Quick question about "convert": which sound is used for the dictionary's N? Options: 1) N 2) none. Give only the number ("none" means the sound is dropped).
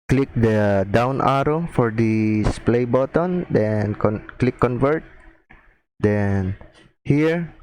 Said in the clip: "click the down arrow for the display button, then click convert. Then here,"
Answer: 1